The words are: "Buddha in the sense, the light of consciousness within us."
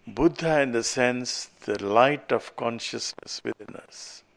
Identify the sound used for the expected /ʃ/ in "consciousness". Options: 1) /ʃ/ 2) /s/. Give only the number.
1